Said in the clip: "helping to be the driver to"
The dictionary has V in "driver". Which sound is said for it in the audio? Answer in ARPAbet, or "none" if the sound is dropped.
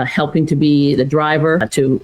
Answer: V